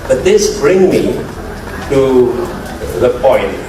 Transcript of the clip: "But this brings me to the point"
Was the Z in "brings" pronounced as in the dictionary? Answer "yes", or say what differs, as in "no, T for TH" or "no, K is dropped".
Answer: no, Z is dropped